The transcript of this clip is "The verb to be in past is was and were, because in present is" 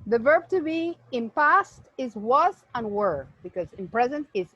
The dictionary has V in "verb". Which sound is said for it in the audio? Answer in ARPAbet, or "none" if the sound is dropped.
V